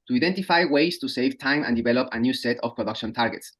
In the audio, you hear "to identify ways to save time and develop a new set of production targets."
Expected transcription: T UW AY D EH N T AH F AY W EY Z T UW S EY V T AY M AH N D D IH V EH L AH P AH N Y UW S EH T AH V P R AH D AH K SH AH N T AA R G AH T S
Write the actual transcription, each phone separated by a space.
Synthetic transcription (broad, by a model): T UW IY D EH N T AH F AY W EY S T UW S EY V T AY M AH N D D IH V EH L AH P AH N Y UW S EH T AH F P R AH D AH K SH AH N T AA R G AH T S